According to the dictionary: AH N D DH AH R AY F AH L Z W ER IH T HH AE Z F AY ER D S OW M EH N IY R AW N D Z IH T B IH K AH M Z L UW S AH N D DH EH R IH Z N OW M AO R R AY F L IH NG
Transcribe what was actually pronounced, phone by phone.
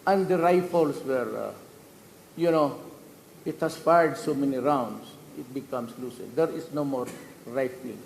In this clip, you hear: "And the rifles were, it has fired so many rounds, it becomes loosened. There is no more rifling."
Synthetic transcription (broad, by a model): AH N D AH R AY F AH L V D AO IH T HH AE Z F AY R D S OW M EH N IY R AW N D S IH T B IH K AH M S L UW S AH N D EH R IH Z N OW M AO R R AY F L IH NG